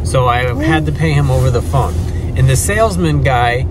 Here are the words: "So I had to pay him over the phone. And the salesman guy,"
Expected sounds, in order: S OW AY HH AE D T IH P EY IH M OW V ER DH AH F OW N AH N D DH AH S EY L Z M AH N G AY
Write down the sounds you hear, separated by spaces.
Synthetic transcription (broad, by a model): S OW AY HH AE D T IH P EY IH M OW V ER DH AH F OW N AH N DH AH S EY L Z M AH N G AY